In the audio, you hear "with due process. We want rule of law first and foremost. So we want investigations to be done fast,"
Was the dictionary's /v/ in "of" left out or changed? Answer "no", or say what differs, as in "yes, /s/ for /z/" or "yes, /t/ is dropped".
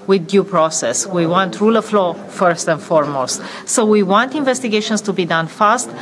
yes, /f/ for /v/